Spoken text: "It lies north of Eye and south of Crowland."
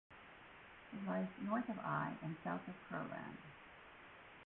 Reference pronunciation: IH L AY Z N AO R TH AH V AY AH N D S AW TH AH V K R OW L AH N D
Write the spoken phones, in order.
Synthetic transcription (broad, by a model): IH L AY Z N AO R TH AH V AY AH N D S AW TH AH V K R L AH N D